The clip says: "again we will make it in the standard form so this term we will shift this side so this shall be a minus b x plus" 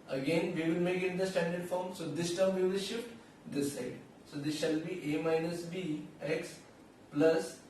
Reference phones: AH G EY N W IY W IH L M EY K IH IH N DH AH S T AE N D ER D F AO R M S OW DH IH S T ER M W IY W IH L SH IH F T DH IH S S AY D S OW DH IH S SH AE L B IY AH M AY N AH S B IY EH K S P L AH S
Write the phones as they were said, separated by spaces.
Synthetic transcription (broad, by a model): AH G EY N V IY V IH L M EY K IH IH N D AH S T AE N D ER D F AO R M S OW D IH S T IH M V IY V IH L SH IH F T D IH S S AY D S OW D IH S SH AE L B IY AH M AY N AH S B IY EH K S P L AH S